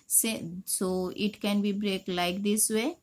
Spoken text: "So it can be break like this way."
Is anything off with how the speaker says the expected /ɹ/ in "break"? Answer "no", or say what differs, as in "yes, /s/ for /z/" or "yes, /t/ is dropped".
no